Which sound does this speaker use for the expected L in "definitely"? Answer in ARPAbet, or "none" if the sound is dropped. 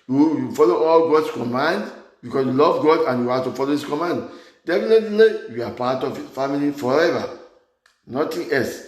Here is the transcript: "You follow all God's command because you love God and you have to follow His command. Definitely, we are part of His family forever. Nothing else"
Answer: L